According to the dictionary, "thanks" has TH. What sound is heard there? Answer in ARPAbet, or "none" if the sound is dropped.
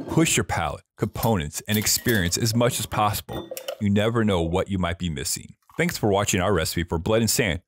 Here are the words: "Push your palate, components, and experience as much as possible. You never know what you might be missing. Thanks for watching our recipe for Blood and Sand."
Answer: TH